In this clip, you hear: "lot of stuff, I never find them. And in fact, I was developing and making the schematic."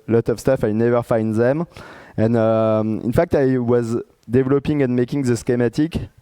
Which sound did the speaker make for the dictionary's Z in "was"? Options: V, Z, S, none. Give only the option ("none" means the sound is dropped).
Z